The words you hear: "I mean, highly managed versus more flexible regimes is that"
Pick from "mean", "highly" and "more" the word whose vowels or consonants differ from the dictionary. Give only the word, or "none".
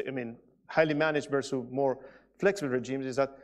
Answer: none